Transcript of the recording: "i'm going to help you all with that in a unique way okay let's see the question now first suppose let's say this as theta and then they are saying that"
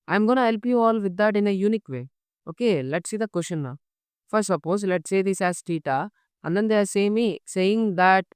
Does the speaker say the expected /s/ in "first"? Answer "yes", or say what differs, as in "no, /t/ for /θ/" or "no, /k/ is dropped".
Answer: no, /s/ is dropped